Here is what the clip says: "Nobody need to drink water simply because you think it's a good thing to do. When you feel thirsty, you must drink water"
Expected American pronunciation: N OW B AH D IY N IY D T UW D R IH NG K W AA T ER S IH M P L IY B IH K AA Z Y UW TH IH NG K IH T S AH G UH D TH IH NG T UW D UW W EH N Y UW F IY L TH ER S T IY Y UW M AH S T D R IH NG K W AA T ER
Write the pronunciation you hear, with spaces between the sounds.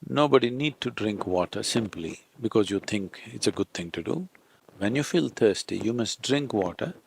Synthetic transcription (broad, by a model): N OW B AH D IY N IY D T UW D R IH NG K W AA T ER S IH M P L IY B IH K AA Z Y UW T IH NG K IH T S AH G UH D T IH NG T UW D UW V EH N Y UW F IY L T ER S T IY Y UW M AH S T D R IH NG K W AA T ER